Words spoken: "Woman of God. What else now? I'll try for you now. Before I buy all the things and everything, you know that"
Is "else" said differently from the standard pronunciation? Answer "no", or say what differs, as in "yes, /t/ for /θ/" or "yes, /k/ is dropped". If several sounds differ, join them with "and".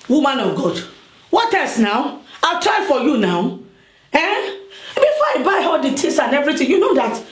yes, /l/ is dropped